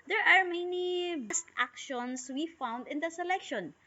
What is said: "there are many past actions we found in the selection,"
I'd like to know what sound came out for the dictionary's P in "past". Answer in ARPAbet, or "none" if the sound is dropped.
B